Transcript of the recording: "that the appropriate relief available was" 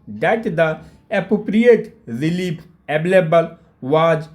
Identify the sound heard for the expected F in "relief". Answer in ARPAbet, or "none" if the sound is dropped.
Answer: P